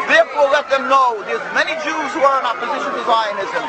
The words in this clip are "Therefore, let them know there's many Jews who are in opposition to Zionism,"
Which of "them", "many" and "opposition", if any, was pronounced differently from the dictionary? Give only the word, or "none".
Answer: none